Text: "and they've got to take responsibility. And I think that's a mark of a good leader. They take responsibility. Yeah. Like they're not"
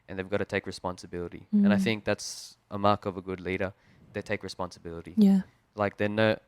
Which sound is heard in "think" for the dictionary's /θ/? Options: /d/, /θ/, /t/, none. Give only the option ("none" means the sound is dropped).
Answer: /θ/